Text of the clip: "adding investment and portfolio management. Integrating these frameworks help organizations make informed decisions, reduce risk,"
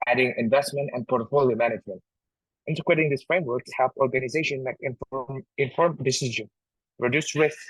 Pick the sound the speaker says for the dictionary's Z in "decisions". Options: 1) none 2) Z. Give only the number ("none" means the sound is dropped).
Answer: 1